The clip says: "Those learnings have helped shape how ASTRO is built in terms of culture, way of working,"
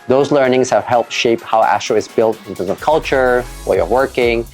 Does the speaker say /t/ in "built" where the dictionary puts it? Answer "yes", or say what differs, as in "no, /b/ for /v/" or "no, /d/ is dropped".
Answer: yes